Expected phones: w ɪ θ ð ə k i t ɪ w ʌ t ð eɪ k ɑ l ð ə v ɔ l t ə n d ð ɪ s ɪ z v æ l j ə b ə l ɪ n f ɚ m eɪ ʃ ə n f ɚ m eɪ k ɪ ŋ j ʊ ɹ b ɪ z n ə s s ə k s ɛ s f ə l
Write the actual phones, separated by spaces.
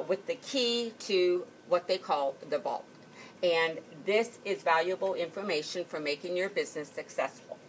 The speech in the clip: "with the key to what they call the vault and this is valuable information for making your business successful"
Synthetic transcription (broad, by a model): w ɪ ð ə k i t ɪ w ʌ t ð eɪ k ɑ l ð ə b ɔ l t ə n ð ɪ s ɪ z v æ l j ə b l ɪ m f ɚ m eɪ ʃ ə n f ɚ m eɪ k ɪ ŋ j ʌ ɹ b ɪ z n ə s s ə k s ɛ s f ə l